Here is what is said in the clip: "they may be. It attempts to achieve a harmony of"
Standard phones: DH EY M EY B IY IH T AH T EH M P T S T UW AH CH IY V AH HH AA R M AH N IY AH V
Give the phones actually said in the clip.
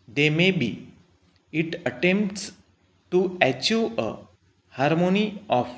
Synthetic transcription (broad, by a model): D EY M EY B IY IH T AH T EH M P T S T UW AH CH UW AH HH AA R M AH N IY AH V